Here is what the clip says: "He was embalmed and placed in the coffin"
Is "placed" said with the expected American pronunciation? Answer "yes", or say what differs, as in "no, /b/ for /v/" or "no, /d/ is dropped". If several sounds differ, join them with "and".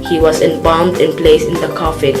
no, /t/ is dropped